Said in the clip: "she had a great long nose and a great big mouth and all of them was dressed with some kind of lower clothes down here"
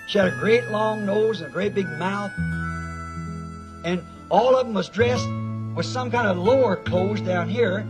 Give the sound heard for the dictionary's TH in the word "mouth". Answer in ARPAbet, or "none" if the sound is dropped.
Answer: TH